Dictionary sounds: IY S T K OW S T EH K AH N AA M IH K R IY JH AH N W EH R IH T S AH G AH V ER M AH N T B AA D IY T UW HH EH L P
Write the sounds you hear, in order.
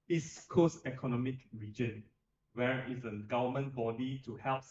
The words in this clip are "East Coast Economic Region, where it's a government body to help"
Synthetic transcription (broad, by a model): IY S K OW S EH K AH N AA M IH K R IY JH AH N W EH R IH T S AH G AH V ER M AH N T B AA D IY T UW HH EH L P